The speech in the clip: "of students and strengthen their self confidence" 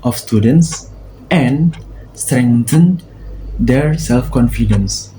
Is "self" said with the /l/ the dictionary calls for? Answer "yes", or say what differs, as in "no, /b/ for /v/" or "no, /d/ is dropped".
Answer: yes